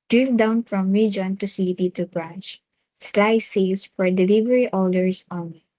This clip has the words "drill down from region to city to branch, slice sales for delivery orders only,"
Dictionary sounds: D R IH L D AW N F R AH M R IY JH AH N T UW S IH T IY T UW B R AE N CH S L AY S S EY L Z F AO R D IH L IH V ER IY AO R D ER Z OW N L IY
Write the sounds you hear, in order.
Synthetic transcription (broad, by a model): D R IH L D AW N F R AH M R IY JH AH N T UW S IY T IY T UW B R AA N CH S L AY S S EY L S F AO R D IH L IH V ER IY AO L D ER S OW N